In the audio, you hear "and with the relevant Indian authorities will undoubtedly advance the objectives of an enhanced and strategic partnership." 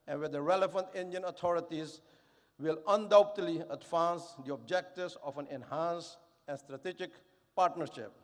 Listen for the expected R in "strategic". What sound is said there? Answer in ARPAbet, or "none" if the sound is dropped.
R